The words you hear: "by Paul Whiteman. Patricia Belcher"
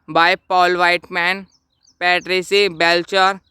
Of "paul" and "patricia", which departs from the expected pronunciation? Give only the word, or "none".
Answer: patricia